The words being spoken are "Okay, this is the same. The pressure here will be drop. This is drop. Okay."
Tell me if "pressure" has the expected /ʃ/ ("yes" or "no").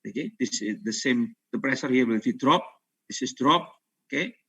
no